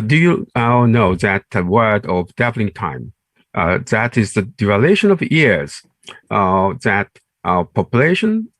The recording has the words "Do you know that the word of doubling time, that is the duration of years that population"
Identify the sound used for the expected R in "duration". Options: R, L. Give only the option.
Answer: L